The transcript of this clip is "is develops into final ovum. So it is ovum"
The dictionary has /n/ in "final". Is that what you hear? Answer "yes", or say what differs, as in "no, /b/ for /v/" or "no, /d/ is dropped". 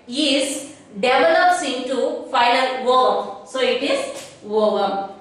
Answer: no, /l/ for /n/